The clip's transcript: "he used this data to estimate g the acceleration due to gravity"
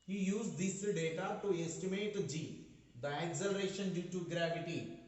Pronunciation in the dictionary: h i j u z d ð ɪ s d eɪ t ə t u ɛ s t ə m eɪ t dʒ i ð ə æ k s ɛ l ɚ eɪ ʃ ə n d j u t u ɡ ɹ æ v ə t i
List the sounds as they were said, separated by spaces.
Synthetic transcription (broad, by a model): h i j u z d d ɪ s d eɪ t ə t u ɛ s t ə m eɪ t dʒ i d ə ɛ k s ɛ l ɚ eɪ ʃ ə n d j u t u ɡ ɹ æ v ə t i